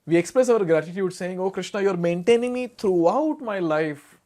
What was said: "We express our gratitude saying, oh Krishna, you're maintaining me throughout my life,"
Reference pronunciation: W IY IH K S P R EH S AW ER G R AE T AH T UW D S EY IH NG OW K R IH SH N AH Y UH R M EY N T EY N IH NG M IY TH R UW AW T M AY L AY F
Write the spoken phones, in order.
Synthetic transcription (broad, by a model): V IY IH K S P R EH S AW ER G R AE T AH T UW D S EY IH NG OW K R IH SH N AH Y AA R M EY N T EY N IH NG M IY T R UW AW T M AY L AY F